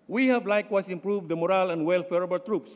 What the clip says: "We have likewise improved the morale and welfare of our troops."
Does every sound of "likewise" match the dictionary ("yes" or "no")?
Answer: no